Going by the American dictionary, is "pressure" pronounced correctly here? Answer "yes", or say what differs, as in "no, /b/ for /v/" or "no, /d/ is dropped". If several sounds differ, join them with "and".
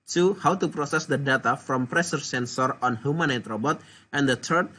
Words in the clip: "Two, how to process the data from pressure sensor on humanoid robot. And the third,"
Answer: no, /s/ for /ʃ/